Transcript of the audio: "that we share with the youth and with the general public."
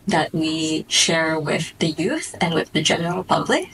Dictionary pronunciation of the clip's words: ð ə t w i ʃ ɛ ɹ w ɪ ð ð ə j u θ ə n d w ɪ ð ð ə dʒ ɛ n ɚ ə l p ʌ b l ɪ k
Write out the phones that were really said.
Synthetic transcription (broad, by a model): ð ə t w i ʃ ɛ ɹ w ɪ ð ð ə j u θ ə n w ɪ ð ð ə dʒ ɛ n ɚ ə l p ʌ b l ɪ k